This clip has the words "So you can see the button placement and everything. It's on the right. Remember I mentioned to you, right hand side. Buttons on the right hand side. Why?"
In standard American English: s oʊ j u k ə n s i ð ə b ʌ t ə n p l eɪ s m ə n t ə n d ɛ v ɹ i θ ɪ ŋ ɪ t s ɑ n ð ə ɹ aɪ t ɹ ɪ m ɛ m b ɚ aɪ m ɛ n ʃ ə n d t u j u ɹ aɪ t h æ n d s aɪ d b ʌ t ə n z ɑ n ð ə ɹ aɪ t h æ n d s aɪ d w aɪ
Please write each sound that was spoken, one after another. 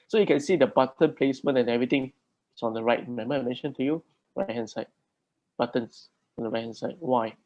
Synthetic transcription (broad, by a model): s oʊ j u k ə n s i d ə b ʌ t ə n p l eɪ s m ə n ə n ɛ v ɹ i t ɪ ŋ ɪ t s ɑ n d ə ɹ aɪ t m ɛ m ɚ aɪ m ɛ n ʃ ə n t u j u ɹ aɪ t h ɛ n s aɪ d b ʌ t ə n s ɑ n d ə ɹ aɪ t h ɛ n s aɪ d w aɪ